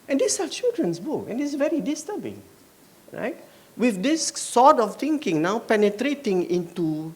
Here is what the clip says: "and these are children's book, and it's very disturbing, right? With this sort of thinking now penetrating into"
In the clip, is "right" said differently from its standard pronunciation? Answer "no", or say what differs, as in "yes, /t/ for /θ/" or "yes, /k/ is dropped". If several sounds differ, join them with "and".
no